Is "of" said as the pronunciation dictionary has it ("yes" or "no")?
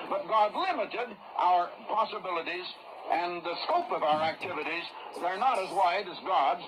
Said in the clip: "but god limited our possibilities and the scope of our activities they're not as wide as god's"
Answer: yes